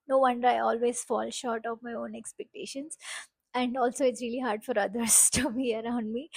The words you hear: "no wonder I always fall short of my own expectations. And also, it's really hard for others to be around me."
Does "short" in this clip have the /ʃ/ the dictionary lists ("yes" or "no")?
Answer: yes